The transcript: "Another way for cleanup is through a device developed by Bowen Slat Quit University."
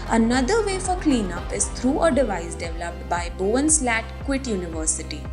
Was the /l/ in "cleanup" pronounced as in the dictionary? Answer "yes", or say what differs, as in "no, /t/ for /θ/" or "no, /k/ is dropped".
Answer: yes